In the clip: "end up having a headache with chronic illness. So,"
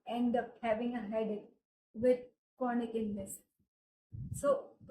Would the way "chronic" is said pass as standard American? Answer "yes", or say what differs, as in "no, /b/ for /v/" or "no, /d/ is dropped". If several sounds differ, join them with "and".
no, /ɹ/ is dropped